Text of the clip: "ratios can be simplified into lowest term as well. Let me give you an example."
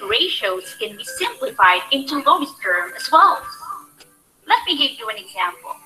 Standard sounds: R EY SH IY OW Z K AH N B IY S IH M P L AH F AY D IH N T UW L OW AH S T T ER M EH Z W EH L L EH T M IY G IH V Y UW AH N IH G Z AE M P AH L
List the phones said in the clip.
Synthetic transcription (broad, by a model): R EY SH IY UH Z K AH N B IY S IH M P L AH F AY D IH N T UW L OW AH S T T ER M EH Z W EH L L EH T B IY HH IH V Y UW AH N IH G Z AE M P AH L